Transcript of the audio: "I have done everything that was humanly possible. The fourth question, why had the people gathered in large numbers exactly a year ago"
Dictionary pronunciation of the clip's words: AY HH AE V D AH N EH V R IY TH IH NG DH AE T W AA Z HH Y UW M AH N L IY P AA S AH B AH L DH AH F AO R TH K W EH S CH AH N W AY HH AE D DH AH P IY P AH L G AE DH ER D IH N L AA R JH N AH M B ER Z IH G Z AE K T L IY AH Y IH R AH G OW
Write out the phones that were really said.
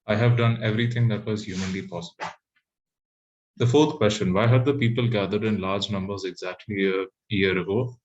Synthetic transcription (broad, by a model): AY HH AE V D AH N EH V R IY T IH NG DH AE T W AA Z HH Y UW M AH N L IY P AA S AH B AH L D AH F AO R T K W EH S CH AH N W AY HH AE D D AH P IY P AH L G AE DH ER D IH N L AA R JH N AH M B ER Z IH G Z AE K T L IY AH Y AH R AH G OW